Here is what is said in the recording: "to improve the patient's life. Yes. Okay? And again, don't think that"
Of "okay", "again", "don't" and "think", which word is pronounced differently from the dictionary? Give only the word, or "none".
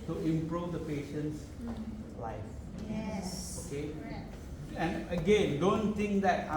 think